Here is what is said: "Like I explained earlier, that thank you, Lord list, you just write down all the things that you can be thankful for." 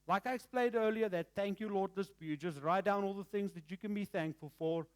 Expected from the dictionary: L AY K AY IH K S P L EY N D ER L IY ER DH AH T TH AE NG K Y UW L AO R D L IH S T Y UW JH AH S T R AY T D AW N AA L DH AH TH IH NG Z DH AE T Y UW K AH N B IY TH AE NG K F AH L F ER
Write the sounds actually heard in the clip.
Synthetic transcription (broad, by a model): L AY K AY IH K S P L EY N D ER L IY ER DH AH T TH AE NG K Y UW L AO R D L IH S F Y UW JH AH S T R AY T D AW N AA L DH AH TH IH NG Z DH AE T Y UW K AH N B IY TH AE NG K F AH L F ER